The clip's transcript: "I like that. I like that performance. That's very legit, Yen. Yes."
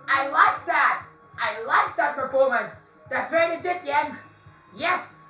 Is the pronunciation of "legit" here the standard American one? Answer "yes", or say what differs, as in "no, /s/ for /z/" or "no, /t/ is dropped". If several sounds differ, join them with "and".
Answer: no, /n/ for /l/